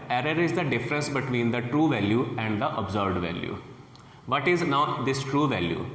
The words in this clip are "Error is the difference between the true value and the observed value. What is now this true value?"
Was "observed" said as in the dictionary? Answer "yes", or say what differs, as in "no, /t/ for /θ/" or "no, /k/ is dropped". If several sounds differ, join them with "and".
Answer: no, /b/ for /v/